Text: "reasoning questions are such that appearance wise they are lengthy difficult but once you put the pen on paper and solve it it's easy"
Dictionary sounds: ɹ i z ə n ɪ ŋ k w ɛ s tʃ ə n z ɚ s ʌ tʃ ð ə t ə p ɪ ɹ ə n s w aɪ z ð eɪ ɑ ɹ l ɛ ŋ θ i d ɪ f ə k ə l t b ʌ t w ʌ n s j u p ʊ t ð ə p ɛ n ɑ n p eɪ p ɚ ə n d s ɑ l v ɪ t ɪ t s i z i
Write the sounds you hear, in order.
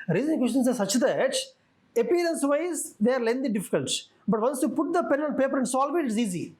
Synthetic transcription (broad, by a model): ɹ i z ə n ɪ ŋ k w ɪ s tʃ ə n s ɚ s ʌ tʃ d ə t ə p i ɹ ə n s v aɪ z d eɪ ɑ ɹ l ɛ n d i d ɪ f ə k ə l t b ʌ t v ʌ n s j u p ʊ t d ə p ɛ n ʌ l p eɪ p ɚ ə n s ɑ l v ɪ t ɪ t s i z i